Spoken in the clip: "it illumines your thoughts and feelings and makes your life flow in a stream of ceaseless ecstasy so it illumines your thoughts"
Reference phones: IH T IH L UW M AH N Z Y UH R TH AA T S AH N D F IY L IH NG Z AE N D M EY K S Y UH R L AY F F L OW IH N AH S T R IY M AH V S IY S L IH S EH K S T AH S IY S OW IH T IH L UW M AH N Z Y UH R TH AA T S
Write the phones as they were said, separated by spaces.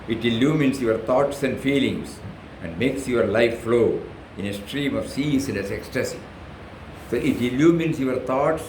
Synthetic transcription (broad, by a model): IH T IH L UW M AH N S Y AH R T AA T S AH N D F IY L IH NG S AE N D M EY K S Y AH R L AY F F L OW IH N AH S T R IY M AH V S IY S N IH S EH K S T AH S IY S OW IH T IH L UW M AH N S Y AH R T AA T S